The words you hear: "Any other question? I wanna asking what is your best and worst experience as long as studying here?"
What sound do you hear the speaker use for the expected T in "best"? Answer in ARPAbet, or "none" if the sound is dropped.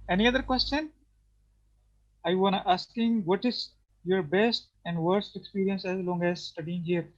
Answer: T